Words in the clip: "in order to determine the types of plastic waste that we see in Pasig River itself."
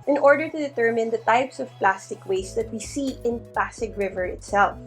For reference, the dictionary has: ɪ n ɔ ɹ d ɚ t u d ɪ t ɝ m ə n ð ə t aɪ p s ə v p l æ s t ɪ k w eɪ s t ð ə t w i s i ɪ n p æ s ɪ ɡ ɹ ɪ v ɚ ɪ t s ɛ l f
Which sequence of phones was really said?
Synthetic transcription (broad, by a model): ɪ n ɔ ɹ d ɚ t u d ɪ t ɝ m ə n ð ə t aɪ p s ə v p l æ s t ɪ k w eɪ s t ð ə t w i s i ɪ n p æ s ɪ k ɹ ɪ v ɚ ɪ t s ɛ l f